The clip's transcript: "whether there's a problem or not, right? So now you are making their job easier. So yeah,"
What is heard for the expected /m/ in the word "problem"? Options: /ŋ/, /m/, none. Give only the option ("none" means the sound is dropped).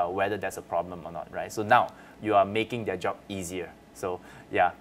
/m/